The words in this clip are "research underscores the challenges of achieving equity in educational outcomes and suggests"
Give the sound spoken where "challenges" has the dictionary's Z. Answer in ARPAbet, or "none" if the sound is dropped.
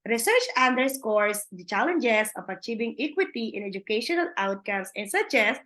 S